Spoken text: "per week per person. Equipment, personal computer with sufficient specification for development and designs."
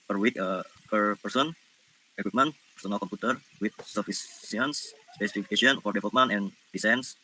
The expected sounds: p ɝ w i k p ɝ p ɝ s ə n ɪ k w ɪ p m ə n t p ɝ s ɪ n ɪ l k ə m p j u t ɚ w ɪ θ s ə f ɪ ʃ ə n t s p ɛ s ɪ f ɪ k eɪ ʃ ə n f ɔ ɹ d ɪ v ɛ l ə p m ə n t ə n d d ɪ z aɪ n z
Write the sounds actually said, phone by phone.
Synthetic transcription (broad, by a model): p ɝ w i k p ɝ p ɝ s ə n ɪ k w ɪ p m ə n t p ɝ s ɪ n ɪ l k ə m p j u t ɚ w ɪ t s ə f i s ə n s s p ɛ s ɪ f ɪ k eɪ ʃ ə n f ɔ ɹ d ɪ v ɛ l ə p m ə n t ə n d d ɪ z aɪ n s